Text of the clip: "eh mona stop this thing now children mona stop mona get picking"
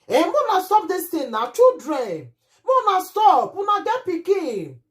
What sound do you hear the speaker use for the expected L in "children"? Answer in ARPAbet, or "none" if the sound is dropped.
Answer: none